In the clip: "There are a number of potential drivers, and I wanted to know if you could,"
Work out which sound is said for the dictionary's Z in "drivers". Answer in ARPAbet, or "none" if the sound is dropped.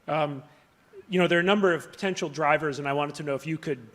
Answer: Z